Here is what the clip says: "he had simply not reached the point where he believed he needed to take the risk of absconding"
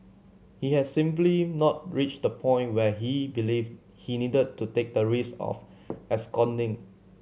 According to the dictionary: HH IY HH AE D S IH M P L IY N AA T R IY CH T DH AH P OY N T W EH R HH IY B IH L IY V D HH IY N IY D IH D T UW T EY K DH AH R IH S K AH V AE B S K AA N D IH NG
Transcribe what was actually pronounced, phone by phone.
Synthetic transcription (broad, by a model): HH IY HH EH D S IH M P L IY N AA T R IY CH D AH P OY N T W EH HH IY B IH L IY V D HH IY N IY D IH D T UW T EY K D AH R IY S AH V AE S K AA N D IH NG